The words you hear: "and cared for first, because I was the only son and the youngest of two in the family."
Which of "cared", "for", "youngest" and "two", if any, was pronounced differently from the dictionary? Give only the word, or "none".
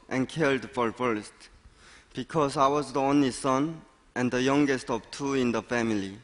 cared